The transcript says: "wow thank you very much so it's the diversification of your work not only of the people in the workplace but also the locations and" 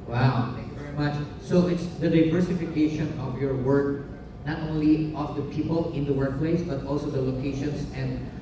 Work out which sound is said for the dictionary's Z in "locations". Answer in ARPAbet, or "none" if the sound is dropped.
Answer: S